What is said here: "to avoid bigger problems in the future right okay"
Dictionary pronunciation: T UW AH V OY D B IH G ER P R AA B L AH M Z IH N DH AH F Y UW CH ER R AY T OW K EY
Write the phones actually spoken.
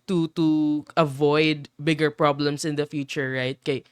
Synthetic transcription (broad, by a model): T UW AH V OY D B IH G ER P R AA B L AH M S IH N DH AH F Y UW CH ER R AY T K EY